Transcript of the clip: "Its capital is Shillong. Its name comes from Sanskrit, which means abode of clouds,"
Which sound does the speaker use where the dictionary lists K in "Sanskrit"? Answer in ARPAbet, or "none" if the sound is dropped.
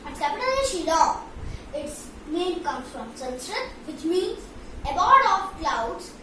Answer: none